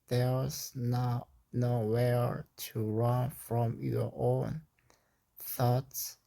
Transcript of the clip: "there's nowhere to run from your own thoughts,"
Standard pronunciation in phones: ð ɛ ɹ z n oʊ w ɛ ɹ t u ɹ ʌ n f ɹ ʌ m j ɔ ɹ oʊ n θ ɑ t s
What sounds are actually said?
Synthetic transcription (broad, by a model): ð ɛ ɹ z n oʊ w ɛ ɹ t u ɹ ʌ n f ɹ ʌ m j ɔ ɹ oʊ n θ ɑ t s